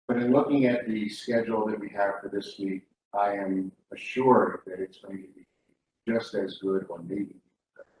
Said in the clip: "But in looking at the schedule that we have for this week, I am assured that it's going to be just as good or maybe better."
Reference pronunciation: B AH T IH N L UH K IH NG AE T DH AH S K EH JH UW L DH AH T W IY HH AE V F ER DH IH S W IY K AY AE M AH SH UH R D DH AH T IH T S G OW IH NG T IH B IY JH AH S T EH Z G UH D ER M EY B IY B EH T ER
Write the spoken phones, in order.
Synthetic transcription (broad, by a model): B AH T IH N L UH K IH NG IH T DH AH S K EH JH L DH AH T W IY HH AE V F ER DH IH S W IY K AY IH M AH SH UH R D DH AH T IH T S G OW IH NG T IH B IY JH AH S T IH Z G UH D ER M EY IY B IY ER